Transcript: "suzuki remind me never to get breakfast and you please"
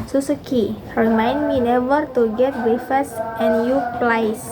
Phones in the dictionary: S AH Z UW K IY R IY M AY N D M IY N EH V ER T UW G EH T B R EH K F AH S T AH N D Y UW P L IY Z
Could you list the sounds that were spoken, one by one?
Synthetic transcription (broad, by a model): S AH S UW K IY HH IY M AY N M IY N EH V ER T UW G EH T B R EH F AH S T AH N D Y UW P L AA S